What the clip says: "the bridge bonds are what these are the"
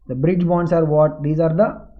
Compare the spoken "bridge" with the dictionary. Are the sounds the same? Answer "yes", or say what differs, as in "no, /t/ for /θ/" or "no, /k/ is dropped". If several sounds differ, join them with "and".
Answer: yes